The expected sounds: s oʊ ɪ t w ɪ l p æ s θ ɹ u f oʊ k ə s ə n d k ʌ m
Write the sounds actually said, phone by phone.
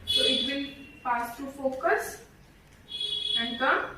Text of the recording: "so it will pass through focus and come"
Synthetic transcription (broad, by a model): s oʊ ɪ t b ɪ n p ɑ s t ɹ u f oʊ k ə s ə n d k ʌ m